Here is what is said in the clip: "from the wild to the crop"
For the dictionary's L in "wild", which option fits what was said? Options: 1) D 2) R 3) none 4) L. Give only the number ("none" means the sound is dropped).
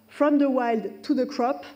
4